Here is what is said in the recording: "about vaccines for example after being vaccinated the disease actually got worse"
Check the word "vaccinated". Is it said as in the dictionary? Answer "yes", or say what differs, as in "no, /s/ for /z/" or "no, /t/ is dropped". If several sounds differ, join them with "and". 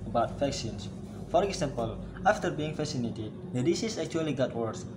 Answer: no, /k/ is dropped